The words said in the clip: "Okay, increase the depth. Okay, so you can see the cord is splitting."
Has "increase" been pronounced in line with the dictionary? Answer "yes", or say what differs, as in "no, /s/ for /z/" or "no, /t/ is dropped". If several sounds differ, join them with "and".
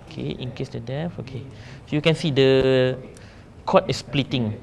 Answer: no, /ɹ/ is dropped